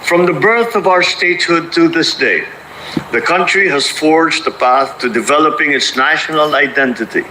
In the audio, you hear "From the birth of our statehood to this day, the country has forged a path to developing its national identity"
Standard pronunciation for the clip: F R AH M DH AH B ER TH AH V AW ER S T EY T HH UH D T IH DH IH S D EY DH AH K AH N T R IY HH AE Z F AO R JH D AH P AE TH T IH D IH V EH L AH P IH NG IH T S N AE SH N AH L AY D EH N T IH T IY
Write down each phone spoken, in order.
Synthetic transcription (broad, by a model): F R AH M DH AH B ER TH AH V AW ER S T EY T HH UH D T IH DH IH S D EY DH AH K AH N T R IY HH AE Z F AO R JH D AH P AE TH T IH D IH V EH L AH P IH NG IH T S N AE SH N AH L AY D EH N T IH T IY